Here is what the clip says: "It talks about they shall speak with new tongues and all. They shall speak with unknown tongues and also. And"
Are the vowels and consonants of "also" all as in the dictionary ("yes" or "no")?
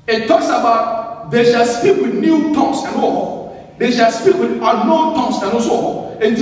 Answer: no